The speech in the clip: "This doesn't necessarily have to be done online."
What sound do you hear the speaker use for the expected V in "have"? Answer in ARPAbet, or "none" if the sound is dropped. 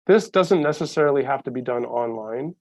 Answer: F